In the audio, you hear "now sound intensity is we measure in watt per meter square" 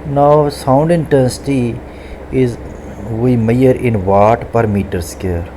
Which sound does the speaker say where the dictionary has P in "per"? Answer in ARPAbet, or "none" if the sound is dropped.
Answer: P